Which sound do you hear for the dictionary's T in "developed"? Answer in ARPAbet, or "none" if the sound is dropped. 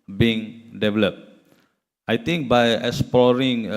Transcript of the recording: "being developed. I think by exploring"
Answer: T